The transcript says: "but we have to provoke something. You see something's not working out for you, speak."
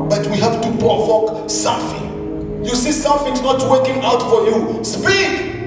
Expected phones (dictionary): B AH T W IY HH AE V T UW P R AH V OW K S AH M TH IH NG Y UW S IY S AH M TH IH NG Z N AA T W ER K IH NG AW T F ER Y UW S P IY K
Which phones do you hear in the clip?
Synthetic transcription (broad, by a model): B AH T W IY HH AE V T UW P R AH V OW K S AH M TH IH NG Y UW S IY S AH M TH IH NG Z N AA T W ER K IH NG AW T F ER Y UW S P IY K